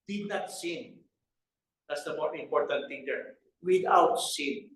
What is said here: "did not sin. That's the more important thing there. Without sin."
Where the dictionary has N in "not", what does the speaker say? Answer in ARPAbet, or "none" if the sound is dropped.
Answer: N